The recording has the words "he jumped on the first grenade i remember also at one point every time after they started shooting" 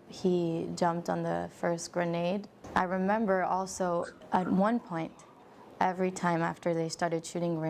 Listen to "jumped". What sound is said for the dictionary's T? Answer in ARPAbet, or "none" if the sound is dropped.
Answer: T